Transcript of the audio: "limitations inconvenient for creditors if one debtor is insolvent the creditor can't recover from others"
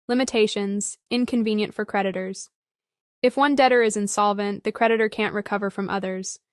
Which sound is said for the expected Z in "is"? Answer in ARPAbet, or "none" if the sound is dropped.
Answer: Z